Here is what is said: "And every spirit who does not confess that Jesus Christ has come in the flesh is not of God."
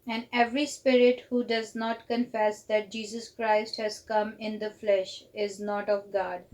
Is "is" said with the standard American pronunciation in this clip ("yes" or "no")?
yes